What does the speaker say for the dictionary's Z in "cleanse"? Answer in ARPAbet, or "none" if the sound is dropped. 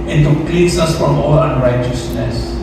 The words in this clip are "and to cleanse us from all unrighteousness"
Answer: S